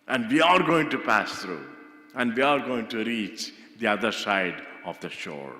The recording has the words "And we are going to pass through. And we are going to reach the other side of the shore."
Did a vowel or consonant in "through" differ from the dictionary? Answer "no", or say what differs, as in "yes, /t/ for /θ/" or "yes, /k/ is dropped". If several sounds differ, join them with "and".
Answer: yes, /t/ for /θ/